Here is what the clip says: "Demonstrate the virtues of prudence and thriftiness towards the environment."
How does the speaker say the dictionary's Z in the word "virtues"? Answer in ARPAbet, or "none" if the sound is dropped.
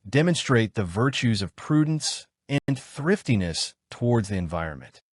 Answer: Z